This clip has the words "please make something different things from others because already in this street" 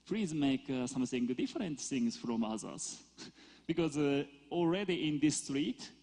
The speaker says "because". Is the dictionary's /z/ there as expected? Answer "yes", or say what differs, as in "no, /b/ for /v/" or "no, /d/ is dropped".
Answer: yes